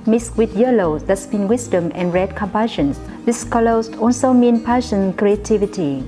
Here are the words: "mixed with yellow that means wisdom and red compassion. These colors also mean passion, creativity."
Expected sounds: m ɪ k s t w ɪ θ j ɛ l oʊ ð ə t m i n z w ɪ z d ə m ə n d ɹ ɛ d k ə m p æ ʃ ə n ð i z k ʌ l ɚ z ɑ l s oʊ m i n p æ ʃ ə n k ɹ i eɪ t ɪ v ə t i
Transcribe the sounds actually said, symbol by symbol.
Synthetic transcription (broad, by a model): m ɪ s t w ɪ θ j ɛ l oʊ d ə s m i n w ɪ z d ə m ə n ɹ ɛ d k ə m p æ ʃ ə n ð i s k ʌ l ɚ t ɑ l s oʊ m i n p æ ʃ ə n k ɹ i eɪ t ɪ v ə t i